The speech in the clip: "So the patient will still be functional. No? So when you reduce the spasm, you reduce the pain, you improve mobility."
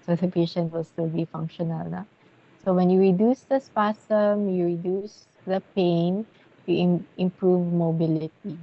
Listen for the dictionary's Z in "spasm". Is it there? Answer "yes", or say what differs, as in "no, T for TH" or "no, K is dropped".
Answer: no, S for Z